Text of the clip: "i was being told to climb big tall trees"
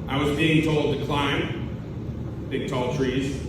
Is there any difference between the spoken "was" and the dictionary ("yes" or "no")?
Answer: no